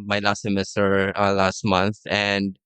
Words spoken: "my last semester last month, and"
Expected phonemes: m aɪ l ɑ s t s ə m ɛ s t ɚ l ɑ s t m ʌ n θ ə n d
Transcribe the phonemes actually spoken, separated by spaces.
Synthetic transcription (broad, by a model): m aɪ l ɑ s t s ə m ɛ s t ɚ l ɑ s t m ʌ n θ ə n d